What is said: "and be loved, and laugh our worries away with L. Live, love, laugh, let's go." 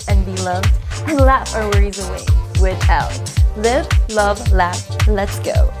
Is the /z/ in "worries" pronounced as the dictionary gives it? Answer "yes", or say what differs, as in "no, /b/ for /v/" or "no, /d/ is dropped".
yes